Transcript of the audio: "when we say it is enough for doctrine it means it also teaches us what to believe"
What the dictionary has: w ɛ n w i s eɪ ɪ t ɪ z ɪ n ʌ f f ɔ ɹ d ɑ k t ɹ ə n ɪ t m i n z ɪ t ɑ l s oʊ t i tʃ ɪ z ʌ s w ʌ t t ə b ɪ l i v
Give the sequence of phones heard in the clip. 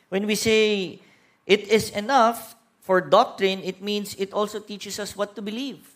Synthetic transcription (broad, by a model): w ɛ n w i s eɪ ɪ t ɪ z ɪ n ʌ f f ɔ ɹ d ɑ k t ɹ ə n ɪ t m i n s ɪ t ɑ l s oʊ t i tʃ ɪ s ʌ s w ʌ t t ə b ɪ l i v